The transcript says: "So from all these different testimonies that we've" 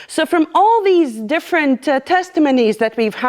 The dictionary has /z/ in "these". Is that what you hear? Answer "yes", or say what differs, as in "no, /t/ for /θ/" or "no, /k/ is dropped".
yes